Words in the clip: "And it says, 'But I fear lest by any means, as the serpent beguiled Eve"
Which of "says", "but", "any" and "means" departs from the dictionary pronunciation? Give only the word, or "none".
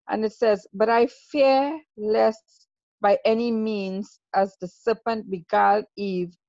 none